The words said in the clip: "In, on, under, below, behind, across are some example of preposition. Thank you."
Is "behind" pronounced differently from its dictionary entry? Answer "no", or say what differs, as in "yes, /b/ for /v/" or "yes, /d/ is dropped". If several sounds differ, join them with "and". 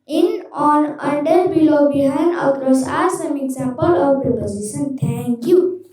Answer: yes, /d/ is dropped